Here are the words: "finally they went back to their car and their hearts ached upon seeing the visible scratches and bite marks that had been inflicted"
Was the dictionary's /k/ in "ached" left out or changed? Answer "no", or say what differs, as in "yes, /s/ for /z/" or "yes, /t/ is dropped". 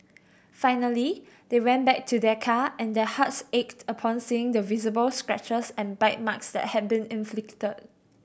no